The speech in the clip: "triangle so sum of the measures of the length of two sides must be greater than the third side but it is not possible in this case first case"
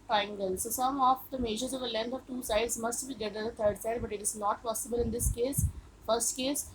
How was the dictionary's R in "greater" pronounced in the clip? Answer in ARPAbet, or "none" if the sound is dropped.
none